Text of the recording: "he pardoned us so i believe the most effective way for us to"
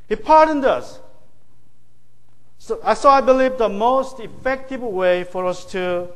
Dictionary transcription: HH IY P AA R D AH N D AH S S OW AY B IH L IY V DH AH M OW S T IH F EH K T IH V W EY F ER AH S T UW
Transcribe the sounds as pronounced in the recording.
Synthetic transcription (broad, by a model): HH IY P AA R D AH N D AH S S OW AY B IH L IY V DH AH M OW S T IH F EH K T IH V W EY F ER AH S T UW